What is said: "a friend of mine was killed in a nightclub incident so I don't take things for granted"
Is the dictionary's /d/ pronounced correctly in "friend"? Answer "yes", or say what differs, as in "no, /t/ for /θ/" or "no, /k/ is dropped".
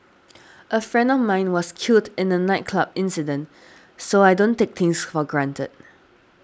yes